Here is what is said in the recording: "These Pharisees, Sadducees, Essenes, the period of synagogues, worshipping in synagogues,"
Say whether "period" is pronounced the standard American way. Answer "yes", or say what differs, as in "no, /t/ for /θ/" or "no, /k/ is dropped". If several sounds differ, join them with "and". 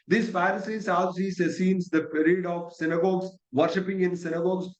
yes